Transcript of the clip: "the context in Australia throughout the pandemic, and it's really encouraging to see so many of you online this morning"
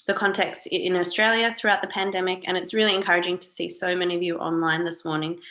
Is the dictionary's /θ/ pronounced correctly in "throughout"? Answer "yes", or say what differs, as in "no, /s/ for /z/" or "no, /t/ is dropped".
yes